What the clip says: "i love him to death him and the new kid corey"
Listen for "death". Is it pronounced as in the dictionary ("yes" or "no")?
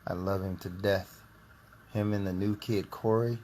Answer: yes